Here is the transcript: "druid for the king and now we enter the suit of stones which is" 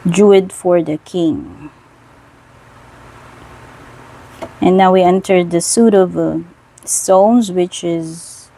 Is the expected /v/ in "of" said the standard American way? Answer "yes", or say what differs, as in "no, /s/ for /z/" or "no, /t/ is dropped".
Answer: yes